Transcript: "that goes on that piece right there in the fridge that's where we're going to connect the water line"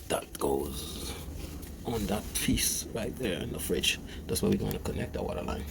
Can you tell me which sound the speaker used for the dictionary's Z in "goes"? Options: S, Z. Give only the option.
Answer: Z